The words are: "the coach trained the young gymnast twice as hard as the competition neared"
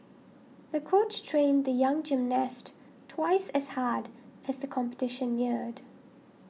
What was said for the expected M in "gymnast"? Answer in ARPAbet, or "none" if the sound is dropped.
M